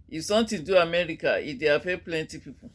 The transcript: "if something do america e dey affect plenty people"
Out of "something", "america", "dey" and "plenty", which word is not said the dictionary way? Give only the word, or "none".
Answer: something